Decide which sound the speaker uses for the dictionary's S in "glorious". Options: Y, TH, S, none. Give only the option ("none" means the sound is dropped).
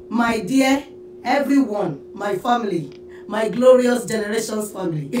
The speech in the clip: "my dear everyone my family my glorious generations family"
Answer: S